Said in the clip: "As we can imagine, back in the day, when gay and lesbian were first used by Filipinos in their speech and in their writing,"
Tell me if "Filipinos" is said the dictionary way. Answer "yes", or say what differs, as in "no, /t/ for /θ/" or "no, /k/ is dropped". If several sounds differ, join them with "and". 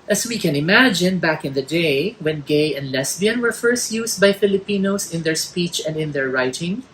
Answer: no, /s/ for /z/